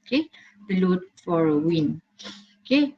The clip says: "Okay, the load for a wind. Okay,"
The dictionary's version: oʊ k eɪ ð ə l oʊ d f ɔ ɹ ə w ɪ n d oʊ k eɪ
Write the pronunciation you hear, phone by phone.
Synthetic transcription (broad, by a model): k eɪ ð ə l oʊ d f ɔ ɹ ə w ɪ n oʊ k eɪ